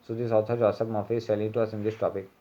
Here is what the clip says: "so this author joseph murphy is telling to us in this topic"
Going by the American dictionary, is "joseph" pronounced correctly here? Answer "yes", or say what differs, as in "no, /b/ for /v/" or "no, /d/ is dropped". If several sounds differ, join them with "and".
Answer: no, /p/ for /f/